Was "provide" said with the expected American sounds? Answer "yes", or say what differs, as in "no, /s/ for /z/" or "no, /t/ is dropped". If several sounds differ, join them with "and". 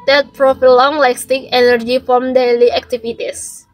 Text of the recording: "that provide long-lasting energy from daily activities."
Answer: no, /f/ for /v/